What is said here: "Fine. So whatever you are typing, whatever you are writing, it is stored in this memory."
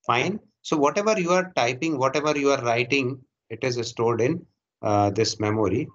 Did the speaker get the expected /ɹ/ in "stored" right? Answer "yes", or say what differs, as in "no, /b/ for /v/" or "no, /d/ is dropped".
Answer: no, /l/ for /ɹ/